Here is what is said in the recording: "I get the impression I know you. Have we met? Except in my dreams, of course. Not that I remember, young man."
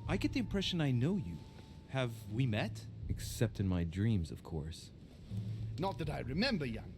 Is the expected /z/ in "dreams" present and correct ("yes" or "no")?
yes